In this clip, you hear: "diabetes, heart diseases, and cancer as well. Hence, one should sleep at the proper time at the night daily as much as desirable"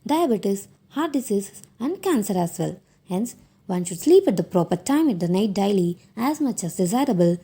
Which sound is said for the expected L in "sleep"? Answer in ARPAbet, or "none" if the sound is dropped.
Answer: L